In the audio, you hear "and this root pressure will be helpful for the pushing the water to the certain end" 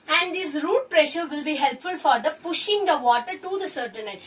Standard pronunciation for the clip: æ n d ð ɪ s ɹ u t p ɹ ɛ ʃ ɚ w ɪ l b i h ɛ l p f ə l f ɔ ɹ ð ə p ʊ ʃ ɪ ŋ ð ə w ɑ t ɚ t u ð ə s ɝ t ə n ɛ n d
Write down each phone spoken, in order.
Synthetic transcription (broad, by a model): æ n d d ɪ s ɹ u t p ɹ ɛ ʃ ɚ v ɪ l b i h ɛ l p f ə l f ɔ ɹ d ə p ʊ ʃ ɪ ŋ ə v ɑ t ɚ t u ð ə s ɝ t ə n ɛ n